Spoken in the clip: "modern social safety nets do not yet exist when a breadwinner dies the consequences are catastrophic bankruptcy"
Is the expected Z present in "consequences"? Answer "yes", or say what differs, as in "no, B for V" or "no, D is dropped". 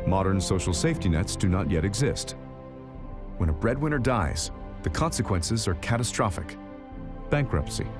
yes